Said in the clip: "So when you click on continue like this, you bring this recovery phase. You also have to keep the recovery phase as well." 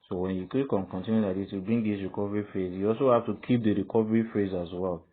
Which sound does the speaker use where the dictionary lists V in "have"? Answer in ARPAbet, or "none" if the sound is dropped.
F